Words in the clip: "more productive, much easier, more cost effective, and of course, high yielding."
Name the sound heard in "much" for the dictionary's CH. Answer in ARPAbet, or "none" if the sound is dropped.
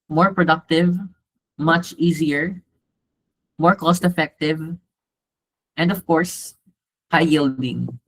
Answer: CH